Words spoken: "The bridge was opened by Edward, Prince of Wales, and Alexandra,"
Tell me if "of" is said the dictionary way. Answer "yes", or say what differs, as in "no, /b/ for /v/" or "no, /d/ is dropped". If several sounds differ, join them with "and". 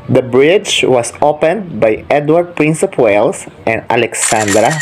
no, /p/ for /v/